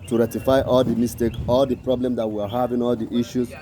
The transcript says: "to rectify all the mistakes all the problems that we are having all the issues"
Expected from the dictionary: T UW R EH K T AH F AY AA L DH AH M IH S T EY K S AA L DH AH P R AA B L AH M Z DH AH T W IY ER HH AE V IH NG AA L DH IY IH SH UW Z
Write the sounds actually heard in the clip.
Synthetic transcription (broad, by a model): T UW R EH T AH F AY AA L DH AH M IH S T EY K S AA L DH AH P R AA B L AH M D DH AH T W IY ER HH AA V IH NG AA L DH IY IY SH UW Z